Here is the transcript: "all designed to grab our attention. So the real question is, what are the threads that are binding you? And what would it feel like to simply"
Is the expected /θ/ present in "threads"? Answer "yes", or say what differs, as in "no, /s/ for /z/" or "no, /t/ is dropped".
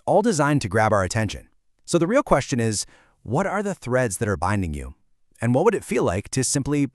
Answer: yes